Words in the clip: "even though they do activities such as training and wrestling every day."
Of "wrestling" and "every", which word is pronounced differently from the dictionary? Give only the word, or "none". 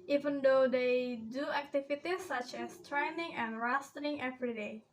wrestling